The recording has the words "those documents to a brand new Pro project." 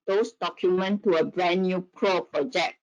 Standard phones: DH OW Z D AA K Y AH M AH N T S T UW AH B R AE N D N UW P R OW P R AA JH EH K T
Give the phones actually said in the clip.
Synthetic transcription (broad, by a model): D OW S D AA K Y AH M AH N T T UW AH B R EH N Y UW P R OW P R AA JH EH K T